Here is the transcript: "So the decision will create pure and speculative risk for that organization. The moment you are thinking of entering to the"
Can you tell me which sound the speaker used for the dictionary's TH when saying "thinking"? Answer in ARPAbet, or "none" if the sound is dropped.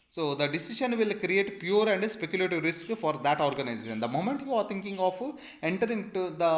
T